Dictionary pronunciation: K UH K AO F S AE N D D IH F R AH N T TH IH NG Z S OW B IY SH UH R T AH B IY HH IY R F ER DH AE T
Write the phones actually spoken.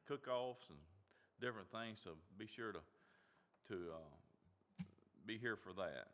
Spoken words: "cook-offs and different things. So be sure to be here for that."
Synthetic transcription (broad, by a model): K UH K AO F S N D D IH F R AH N TH IH NG Z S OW B IY SH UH R T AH B IY HH IY R F ER DH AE T